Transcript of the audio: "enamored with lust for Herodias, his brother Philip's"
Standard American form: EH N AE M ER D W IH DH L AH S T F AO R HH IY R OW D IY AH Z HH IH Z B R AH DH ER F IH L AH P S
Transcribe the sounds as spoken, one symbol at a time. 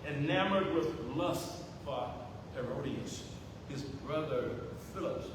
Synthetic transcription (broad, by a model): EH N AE M ER D W IH DH L AH S T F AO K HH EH R OW D IY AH S HH IH Z B R AH DH ER F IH L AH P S